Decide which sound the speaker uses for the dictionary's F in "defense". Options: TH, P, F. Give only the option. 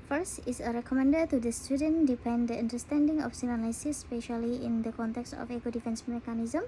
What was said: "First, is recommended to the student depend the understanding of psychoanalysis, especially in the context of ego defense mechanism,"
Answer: F